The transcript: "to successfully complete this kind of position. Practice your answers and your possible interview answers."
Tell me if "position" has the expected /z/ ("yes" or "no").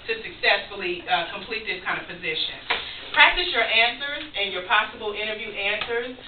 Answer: yes